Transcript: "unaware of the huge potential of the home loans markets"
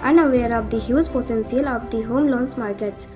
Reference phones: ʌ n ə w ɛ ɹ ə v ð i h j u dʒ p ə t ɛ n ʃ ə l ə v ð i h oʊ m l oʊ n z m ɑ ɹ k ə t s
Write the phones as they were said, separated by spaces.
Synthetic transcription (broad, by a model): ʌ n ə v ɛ ɹ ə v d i h j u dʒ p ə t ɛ n s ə l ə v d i h oʊ m l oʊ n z m ɑ ɹ k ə t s